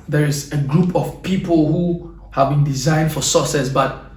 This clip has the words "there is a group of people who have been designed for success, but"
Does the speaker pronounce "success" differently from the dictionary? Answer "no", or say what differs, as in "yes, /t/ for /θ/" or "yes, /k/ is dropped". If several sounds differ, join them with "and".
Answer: yes, /k/ is dropped